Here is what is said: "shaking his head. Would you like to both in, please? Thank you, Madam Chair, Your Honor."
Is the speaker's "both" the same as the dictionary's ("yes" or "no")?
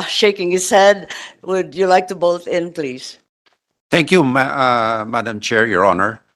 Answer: no